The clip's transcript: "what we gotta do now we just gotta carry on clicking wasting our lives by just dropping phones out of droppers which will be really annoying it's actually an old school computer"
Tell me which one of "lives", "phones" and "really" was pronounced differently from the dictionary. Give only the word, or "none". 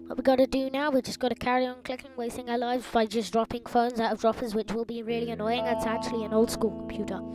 none